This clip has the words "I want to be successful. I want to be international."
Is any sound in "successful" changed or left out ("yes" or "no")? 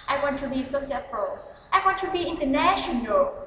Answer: yes